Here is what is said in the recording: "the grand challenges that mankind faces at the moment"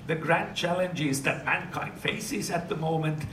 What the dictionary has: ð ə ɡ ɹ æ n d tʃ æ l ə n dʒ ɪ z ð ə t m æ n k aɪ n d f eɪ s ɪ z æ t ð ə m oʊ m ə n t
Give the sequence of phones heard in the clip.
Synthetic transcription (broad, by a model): ð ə ɡ ɹ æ n tʃ æ l ə n dʒ ɪ z ð ə t m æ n k aɪ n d f eɪ s ɪ z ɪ t ð ə m oʊ m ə n t